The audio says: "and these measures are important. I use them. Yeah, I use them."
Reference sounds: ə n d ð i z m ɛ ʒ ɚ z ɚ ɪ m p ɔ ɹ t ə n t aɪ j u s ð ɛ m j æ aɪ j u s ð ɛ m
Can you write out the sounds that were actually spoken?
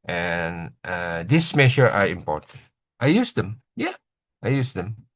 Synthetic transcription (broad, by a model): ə n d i s m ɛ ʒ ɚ ɚ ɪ m p ɔ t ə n t aɪ j u s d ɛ m j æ aɪ j u s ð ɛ m